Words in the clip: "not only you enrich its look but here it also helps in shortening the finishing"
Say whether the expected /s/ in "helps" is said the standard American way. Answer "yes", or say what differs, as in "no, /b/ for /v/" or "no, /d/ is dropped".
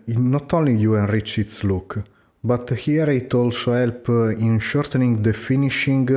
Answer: no, /s/ is dropped